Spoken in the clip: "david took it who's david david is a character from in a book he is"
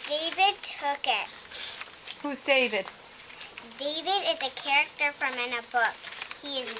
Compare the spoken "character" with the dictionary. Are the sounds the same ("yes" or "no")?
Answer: yes